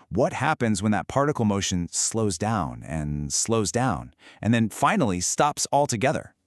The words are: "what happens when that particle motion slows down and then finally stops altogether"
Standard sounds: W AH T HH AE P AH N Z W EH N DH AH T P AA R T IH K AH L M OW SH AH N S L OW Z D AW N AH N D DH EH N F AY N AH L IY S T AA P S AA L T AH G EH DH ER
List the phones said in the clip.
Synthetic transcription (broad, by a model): W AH T HH AE P AH N Z W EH N DH AH T P AA R T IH K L M OW SH AH N S L OW Z D AW N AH N D DH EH N F AY N L IY S T AA P S AA L T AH G EH DH ER